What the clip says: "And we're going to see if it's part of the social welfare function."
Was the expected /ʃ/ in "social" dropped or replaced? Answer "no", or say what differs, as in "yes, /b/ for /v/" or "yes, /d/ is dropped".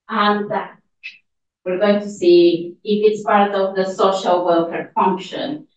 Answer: no